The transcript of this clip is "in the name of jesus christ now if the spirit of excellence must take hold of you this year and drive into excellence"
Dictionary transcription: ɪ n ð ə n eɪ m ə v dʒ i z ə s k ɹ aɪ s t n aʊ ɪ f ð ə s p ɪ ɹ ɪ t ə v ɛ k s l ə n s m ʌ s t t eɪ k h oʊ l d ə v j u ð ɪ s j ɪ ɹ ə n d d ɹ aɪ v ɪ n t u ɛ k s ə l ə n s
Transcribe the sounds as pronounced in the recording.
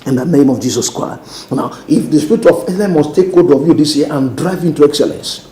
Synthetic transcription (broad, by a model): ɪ n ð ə n eɪ m ə v dʒ i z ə s k ɹ aɪ s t n aʊ ɪ f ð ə s p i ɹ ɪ t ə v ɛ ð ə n m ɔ s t t eɪ k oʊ d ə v j u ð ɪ s j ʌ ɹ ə n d d ɹ aɪ v ɪ n t u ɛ k s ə l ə n s